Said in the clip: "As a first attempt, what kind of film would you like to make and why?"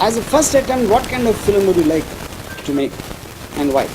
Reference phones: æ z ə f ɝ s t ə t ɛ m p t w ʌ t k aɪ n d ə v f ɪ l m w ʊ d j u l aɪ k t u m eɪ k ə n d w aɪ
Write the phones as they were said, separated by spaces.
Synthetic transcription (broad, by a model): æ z ə f ɝ s t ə t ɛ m t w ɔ t k aɪ n d ə v f ɪ l m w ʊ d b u l aɪ k t u m eɪ k ə n d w aɪ